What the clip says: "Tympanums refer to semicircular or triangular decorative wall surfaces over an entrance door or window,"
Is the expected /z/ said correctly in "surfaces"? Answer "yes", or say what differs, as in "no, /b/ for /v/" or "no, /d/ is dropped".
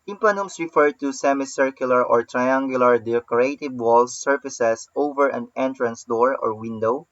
no, /s/ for /z/